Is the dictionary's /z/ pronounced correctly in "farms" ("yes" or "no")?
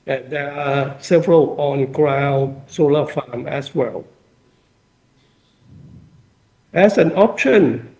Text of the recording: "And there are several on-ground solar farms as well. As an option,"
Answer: no